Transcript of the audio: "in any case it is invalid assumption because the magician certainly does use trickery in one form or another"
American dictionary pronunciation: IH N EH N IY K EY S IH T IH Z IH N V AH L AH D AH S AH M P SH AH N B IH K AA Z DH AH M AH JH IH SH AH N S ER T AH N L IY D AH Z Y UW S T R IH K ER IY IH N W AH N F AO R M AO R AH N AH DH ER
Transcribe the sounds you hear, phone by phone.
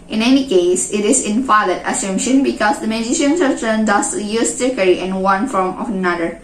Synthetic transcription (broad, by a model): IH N EH N IY K EY S IH T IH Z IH N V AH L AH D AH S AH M SH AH N B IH K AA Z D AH M AH JH IH SH AH N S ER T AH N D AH S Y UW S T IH K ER IY IH N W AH N F AO R M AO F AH N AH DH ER